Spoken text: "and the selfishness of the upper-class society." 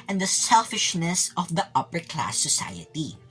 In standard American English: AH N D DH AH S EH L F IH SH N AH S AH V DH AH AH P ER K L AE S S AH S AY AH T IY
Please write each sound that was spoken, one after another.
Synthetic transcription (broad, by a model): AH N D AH S EH L F IH SH N AH S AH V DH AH AH P ER K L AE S S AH S AY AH T IY